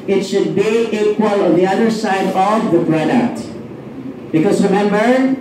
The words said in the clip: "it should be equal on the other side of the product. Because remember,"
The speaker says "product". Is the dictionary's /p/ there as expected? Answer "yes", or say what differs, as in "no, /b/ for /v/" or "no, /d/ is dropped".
no, /b/ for /p/